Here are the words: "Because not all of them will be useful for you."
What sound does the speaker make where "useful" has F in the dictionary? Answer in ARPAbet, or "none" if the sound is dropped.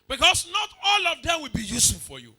none